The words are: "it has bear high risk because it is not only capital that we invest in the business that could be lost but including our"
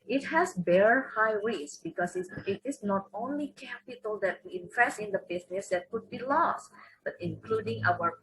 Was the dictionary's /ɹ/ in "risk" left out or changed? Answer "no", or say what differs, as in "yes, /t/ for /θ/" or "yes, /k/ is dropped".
yes, /w/ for /ɹ/